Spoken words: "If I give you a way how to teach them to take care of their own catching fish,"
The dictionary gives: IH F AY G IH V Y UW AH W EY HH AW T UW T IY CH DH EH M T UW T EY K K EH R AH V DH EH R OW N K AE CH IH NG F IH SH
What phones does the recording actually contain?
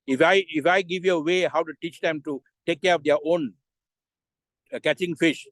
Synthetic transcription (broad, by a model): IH F AY G IH V Y UW AH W EY HH AW T UW T IY CH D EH M T UW T EY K K EH R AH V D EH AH OW N K AE CH IH NG F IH SH